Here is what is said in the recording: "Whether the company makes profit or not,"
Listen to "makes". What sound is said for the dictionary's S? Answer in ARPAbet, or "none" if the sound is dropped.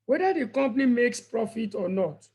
S